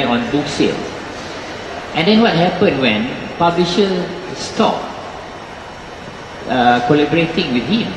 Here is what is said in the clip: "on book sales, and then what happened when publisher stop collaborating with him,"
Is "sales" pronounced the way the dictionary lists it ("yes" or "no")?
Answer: no